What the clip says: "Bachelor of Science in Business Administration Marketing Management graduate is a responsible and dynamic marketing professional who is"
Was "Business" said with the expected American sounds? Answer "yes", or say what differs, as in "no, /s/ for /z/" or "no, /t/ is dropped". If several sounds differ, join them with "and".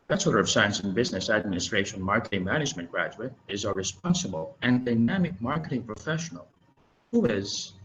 yes